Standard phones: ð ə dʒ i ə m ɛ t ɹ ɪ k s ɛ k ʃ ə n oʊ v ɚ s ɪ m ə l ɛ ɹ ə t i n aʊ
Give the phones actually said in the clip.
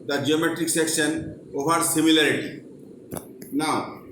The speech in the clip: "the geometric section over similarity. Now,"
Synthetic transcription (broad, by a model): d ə dʒ i ə m ɛ t ɹ ɪ k s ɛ k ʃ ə n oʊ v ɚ s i m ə l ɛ ɹ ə t i n aʊ